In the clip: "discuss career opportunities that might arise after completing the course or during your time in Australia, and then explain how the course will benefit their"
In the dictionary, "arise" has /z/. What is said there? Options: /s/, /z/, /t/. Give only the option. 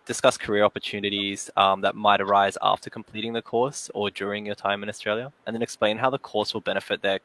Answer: /z/